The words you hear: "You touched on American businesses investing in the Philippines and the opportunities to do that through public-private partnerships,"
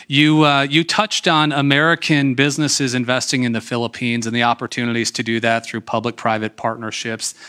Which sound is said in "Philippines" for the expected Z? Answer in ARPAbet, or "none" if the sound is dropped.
Z